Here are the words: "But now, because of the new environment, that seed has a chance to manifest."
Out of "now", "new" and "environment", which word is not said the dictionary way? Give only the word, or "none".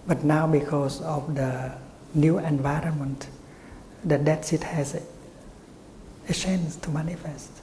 none